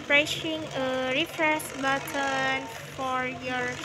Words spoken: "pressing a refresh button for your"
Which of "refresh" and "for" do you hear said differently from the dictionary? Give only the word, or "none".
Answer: refresh